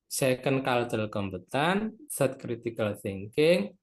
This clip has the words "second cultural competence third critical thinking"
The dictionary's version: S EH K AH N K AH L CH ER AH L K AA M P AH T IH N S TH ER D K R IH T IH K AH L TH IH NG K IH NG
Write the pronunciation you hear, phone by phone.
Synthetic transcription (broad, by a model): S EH K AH N K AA L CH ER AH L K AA M B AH T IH N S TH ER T K R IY T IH K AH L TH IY NG K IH NG